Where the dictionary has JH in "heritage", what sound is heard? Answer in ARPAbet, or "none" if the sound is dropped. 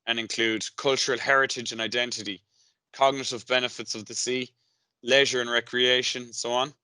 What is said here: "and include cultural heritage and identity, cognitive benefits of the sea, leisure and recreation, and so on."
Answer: JH